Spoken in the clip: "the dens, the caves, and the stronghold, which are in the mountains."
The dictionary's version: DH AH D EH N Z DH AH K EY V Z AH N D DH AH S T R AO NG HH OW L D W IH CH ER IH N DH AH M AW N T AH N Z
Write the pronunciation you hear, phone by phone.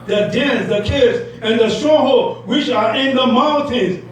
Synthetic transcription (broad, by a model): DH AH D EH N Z DH AH K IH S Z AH N DH AH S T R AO HH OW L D W IH CH ER IH N DH AH M AW N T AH N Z